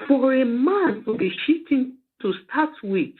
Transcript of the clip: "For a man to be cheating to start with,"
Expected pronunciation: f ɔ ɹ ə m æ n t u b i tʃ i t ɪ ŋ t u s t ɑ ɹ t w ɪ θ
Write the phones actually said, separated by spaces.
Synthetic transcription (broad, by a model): f ɔ ɹ ə m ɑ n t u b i ʃ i t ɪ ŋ t u s t ɑ t w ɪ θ